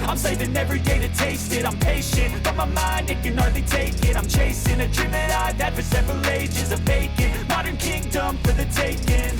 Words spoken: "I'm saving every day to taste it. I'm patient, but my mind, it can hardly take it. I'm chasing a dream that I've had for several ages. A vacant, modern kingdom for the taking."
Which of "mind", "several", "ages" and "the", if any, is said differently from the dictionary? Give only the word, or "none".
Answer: none